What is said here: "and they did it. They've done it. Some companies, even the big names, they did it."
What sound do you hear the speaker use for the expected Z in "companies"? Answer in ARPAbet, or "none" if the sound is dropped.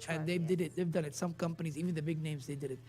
Z